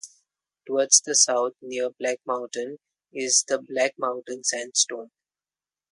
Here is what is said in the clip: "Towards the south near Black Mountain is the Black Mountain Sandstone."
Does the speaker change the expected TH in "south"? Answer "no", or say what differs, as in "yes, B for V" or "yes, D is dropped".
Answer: yes, T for TH